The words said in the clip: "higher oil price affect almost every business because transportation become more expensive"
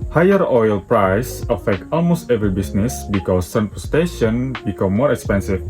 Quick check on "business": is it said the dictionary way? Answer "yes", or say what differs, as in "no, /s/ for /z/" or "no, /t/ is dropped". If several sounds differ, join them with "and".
no, /s/ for /z/